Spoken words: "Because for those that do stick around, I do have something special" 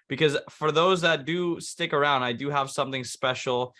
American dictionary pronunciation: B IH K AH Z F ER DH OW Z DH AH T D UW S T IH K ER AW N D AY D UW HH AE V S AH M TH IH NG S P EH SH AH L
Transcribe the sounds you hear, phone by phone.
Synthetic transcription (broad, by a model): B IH K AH Z F ER DH OW Z DH AH T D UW S T IH K ER AW N D AY D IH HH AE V S AH M TH IH NG S P EH SH L